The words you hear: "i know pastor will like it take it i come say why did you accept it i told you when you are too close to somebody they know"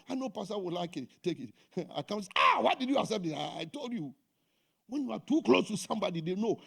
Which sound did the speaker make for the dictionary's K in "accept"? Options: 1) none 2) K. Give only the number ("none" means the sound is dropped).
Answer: 1